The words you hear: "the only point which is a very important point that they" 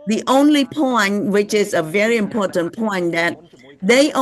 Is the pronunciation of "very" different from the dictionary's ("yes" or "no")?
no